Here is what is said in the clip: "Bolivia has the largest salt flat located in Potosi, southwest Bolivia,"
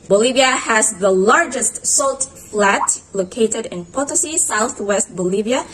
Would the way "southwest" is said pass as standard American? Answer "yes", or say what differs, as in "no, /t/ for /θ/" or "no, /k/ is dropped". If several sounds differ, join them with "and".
yes